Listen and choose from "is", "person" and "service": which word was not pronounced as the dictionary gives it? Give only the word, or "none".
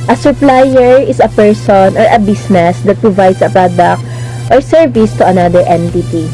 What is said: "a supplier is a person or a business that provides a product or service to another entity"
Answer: is